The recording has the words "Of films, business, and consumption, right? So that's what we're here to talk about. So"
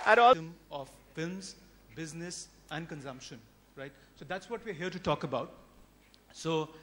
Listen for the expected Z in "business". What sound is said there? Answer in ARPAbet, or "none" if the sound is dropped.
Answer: Z